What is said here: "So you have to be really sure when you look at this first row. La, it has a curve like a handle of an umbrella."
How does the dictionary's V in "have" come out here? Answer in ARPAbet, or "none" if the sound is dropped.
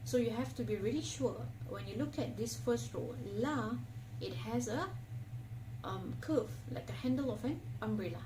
F